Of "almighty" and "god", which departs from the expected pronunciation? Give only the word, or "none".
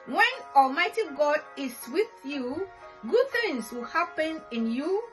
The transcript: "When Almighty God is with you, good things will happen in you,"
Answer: none